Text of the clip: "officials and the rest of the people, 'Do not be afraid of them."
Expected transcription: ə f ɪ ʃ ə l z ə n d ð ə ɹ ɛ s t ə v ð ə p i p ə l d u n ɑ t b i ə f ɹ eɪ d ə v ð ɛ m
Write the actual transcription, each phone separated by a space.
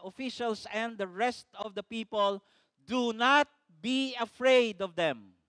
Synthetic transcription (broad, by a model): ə f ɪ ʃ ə l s ə n d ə ɹ ɛ s t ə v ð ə p i p ə l d u n ɑ t b i ə f ɹ eɪ d ə v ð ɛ m